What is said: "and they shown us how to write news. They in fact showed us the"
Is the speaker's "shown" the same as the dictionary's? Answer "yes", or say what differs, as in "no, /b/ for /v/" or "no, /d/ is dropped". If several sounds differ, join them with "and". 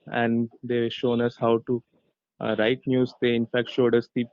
yes